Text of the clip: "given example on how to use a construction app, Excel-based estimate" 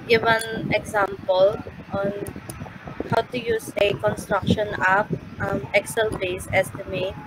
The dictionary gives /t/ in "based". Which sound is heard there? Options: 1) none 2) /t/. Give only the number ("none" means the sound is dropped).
1